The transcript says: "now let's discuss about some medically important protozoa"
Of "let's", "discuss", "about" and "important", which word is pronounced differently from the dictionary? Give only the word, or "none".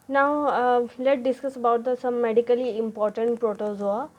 let's